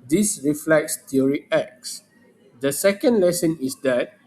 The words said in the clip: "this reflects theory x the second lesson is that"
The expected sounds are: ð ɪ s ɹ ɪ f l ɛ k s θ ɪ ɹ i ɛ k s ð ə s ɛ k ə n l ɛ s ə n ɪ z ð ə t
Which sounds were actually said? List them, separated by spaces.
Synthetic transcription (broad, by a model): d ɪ s ɹ ɪ f l ɛ k s t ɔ ɹ i ɛ k s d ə s ɛ k ə n l ɛ s ə n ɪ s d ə t